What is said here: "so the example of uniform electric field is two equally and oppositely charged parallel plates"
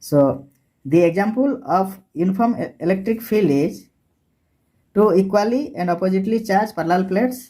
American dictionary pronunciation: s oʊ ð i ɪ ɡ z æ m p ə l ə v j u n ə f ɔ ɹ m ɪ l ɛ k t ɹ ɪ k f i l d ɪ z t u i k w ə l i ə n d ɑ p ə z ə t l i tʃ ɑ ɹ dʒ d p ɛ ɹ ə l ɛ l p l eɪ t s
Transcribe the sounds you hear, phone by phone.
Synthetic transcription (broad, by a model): s oʊ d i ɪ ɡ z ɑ m p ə l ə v j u n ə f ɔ ɹ m ɪ l ɛ k t ɹ ɪ k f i l ɪ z t u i k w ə l i ə n d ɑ p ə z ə t l i tʃ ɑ ɹ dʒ p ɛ ɹ l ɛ l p l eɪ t s